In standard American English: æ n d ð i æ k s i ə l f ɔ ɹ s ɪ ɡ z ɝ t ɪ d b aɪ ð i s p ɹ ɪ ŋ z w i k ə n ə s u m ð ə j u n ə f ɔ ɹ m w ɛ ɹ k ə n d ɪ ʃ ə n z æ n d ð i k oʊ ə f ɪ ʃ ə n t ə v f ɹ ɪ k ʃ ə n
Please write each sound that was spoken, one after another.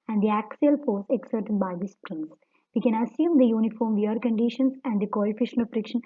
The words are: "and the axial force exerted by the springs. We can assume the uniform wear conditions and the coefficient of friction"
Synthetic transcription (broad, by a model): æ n d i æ k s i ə l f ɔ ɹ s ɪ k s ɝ t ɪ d b aɪ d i s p ɹ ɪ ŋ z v i k ə n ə s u m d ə j u n ə f ɔ ɹ m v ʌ ɹ k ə n d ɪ ʃ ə n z æ n d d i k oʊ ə f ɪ ʃ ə n ə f ɹ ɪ k ʃ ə n